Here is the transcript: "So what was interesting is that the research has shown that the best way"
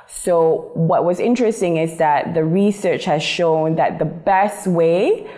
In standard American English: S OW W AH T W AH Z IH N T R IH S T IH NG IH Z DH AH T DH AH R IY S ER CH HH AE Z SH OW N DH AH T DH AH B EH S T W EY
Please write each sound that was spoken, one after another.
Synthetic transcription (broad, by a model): S OW W AH T W AH Z IH N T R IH S T IH NG IH Z DH AH T DH AH R IY S ER CH HH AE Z SH OW N DH AH T DH AH B EH S T W EY